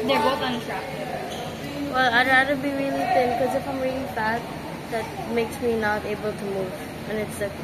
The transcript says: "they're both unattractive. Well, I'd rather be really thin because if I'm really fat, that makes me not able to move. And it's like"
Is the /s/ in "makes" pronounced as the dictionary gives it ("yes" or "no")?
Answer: yes